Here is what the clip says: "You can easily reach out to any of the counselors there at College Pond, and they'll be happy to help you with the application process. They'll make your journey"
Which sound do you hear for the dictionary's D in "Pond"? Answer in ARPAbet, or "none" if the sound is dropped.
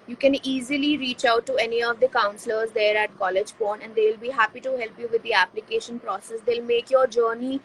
none